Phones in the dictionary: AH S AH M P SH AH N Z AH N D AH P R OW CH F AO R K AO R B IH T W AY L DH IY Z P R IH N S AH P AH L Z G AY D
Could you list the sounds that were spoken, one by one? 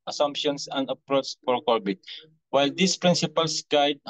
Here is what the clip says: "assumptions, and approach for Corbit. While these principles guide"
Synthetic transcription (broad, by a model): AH S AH M P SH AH N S AH N D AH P R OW S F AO R K AO R B IH T W AY L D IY S P R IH N S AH P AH L S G AY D